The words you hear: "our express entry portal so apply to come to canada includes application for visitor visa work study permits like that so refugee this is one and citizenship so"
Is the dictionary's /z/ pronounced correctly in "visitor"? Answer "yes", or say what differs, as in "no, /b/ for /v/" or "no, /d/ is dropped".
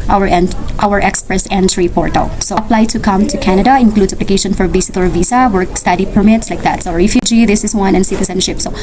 no, /s/ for /z/